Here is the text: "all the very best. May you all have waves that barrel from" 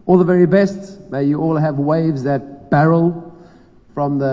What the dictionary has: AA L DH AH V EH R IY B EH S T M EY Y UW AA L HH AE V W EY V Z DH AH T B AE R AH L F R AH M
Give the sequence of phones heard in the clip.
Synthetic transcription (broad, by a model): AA L DH AH V EH R IY B EH S T M EY Y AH AA L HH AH V W EY V Z DH AH T B AE R AH L F R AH M